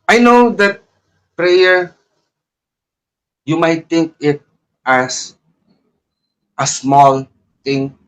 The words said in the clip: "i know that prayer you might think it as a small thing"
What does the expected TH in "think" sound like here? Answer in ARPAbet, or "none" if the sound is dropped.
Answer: T